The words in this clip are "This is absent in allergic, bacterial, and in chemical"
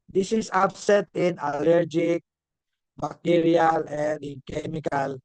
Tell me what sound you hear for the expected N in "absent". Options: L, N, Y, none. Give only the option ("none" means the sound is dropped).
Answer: none